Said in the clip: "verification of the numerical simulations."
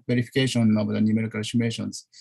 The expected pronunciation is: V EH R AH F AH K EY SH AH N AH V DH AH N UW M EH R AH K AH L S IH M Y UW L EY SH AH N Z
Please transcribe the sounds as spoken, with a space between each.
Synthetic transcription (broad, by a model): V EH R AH F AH K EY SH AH N AH V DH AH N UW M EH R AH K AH N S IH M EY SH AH N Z